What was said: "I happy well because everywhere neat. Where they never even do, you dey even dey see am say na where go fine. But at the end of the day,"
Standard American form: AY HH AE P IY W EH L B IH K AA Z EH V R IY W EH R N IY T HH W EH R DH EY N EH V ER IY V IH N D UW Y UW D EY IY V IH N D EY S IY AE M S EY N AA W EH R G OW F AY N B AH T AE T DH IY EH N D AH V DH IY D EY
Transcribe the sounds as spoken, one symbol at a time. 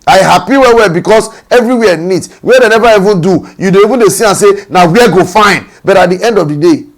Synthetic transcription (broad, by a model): AY HH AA P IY W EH W B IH K AA S EH V R IY W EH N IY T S W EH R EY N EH V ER IY V IH N D UW Y UW D EY IY V IH N D EY S IY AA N S EY N AA W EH G OW F AY N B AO T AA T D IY EH N D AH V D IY D EY